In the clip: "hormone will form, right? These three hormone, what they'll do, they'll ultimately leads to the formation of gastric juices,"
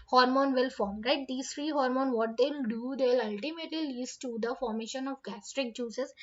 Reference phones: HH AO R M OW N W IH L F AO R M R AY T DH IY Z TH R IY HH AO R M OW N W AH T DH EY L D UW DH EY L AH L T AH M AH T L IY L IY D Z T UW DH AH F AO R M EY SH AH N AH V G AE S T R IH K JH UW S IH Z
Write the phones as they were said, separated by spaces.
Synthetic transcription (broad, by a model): HH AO R M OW N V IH L F AO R M R AY T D IY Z T R IY HH AO R M OW N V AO T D EY L D UW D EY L AH L T AH M AH T L IY L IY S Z T UW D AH F AO R M EY SH AH N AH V G AE S T R IH K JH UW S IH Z